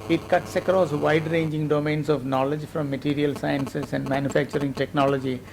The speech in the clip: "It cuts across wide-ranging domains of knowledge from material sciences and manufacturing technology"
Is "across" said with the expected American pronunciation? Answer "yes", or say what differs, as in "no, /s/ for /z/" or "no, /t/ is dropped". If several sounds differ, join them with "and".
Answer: yes